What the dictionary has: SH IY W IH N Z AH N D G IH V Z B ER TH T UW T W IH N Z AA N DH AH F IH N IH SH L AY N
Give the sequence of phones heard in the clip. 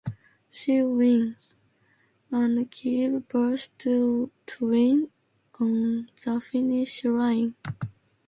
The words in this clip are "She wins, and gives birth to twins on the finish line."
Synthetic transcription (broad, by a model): SH IY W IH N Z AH N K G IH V B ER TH T UW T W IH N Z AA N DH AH F IH N IH SH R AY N